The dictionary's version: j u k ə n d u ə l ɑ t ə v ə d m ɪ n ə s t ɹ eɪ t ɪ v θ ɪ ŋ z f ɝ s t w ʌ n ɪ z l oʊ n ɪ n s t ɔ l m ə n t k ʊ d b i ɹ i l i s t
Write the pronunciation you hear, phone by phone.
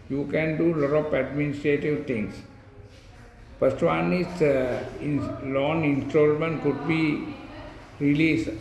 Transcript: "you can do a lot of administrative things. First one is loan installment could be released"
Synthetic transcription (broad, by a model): j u k ə n d u l ɑ t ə p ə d m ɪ n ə s t ɹ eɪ t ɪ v t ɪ ŋ s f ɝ s t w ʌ n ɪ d l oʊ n ɪ n s t ɔ l m ə n t k ʊ d b i ɹ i l i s